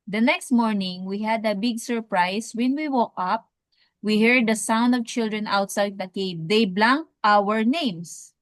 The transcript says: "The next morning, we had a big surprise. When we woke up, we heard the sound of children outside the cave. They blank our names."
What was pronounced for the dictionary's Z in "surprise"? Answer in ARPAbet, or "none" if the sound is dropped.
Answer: S